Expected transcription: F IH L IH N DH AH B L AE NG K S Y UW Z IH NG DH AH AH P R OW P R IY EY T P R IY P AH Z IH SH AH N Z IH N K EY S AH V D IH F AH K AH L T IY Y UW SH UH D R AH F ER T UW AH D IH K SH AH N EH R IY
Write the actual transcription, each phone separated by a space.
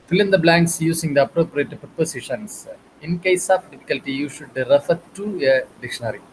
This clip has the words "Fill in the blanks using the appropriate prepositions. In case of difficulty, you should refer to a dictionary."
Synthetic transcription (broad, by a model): F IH L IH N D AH B L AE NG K S Y UW S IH NG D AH AH P R OW P R IY EY T P R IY P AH S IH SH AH N S IH N K EY S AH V D IH F AH K AH L T IY Y UW SH UH D R AH F ER T UW AH D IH K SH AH N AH R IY